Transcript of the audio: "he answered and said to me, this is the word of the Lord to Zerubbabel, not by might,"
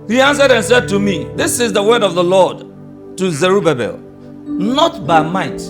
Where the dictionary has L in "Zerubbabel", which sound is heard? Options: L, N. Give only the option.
L